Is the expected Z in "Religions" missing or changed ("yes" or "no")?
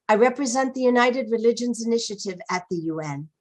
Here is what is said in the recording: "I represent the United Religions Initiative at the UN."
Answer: no